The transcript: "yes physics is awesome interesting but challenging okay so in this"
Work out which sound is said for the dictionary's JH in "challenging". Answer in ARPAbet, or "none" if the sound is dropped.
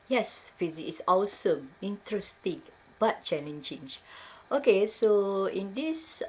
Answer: CH